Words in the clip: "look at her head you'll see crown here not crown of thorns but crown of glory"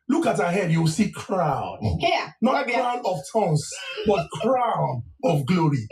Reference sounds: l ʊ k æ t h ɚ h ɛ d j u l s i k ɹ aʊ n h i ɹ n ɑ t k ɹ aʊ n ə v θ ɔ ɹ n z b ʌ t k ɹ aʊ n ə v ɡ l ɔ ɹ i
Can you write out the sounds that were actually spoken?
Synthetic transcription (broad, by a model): l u k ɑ t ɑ h ɛ d j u w s i k ɹ aʊ n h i n ɑ t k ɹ aʊ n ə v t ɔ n s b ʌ t k ɹ aʊ n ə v ɡ l ɔ ɹ i